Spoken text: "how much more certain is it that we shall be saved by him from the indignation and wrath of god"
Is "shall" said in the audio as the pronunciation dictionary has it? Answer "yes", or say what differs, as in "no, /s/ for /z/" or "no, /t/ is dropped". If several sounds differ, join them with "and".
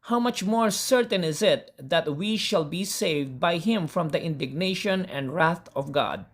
yes